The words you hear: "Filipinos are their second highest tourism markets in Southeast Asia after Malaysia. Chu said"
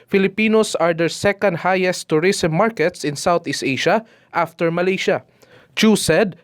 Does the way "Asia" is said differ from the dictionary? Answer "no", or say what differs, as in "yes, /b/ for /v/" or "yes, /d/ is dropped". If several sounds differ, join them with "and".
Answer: yes, /ʃ/ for /ʒ/